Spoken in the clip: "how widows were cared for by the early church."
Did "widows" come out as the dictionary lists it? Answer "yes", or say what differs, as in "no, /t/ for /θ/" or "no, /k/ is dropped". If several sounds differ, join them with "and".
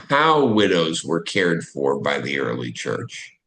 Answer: yes